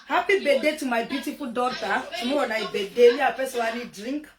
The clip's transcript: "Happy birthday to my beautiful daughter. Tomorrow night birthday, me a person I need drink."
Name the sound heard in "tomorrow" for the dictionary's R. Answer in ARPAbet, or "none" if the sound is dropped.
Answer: none